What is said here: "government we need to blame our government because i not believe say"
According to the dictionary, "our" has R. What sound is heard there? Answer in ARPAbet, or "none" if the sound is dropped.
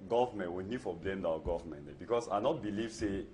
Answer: W